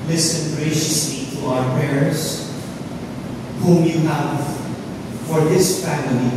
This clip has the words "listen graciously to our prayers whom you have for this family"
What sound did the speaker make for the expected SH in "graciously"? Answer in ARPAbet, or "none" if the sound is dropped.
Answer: SH